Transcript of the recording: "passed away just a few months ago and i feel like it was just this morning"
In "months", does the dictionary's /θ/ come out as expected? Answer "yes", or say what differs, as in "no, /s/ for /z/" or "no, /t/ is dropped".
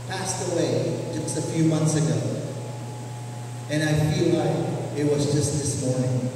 yes